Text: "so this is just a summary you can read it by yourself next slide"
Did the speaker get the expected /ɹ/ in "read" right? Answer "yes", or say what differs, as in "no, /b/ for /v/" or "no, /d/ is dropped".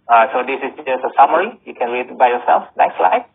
no, /l/ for /ɹ/